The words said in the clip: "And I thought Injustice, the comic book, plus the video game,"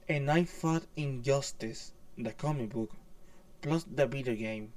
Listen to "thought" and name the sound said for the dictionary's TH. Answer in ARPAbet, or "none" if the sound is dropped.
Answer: F